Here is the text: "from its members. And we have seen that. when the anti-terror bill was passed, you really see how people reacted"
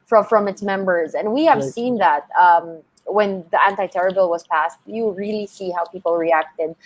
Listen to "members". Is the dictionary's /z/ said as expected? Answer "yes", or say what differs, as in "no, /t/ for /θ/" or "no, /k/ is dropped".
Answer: yes